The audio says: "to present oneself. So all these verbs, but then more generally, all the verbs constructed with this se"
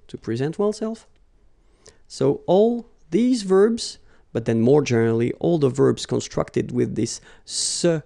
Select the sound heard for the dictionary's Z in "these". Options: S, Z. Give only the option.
Z